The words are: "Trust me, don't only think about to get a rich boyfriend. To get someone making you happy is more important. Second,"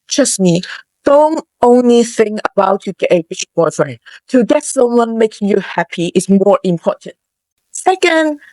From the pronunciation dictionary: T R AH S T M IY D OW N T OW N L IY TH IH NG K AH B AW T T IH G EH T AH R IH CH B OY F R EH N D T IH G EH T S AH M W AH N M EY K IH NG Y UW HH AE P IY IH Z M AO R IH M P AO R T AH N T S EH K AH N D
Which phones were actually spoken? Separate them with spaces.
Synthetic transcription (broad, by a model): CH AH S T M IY D OW N T OW N L IY TH IH NG K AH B AW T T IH G EH T AH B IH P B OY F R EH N T IH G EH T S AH W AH N M EY K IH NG Y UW HH AE P IY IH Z M AO R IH M P AO R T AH N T S EH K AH N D